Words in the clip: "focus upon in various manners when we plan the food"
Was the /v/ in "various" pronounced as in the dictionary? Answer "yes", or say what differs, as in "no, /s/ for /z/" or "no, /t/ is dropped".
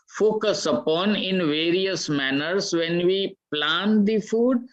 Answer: yes